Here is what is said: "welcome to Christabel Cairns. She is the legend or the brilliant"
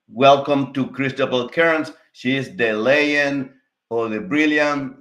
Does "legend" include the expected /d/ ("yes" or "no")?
no